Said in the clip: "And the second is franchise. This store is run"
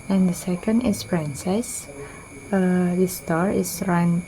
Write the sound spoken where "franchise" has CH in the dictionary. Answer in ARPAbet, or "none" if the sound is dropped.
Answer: S